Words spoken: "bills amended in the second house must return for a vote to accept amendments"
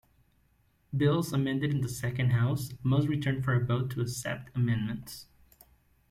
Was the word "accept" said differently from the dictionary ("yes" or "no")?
yes